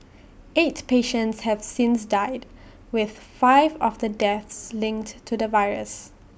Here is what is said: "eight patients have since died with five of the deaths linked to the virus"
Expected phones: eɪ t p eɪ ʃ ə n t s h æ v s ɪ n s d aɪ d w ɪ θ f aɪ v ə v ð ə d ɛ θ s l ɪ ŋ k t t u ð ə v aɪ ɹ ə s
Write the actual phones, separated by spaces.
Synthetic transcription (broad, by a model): eɪ t p eɪ ʃ ə n t s h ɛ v s ɪ n s d aɪ d w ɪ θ f aɪ v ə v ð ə d ɛ θ s l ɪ ŋ k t t u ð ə v aɪ ɹ ə s